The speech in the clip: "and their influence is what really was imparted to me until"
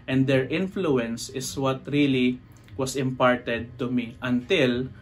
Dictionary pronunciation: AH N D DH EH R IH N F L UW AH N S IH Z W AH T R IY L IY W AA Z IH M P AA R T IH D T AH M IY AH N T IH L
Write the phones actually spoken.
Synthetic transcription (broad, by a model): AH N D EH R IH N F L UW AH N S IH S W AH T R IY L IY W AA S IH M P AA R T IH D T AH M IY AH N T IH L